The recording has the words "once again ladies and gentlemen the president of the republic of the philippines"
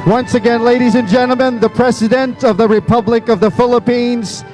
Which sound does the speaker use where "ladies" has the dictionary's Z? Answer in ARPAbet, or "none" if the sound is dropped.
Z